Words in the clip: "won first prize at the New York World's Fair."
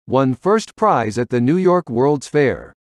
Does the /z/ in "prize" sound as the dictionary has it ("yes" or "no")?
yes